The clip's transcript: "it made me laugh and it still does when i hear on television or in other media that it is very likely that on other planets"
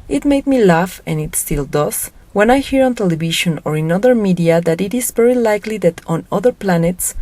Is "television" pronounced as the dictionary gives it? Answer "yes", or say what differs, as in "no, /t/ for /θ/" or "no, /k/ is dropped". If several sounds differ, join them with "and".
no, /ʃ/ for /ʒ/